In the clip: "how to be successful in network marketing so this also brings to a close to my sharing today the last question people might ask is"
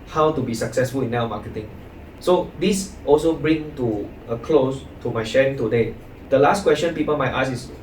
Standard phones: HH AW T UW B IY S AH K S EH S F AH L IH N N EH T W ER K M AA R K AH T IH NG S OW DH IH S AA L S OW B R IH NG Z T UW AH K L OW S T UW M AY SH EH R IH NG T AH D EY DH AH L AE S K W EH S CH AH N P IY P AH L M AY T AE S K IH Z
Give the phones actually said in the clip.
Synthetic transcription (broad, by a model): HH AW T UW B IY S AH K S EH S F AH L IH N N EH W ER M AA K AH T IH NG S OW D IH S AA L S OW B R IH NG T UW AH K L OW S T UW M AY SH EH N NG T AH D EY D AH L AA S K W EH S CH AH N P IY P AH L M AY T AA S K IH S